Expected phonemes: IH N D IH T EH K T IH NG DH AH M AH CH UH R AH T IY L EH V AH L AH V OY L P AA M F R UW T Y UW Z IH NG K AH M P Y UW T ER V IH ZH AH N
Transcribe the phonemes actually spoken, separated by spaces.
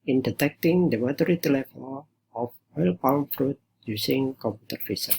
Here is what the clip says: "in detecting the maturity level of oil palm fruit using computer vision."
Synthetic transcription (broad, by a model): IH N D IH T EH K T IH NG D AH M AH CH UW R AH T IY L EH F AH N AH F OY L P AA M F R UW T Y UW S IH NG K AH M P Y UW T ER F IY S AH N